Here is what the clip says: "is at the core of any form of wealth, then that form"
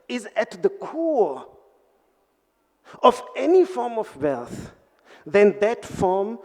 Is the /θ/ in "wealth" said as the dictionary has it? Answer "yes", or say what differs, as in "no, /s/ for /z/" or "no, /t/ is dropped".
yes